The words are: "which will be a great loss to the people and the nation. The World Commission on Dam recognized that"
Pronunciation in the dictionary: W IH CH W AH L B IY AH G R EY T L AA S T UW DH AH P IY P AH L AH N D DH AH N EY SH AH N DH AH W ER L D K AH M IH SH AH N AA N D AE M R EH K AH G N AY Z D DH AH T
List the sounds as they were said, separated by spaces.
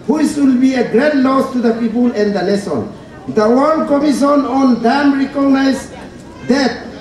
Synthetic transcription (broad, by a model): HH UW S W AH L B IY AH G R EY T L AA S T UW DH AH P IY P AH L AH N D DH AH L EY S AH N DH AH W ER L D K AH M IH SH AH N AA N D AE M R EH K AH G N AY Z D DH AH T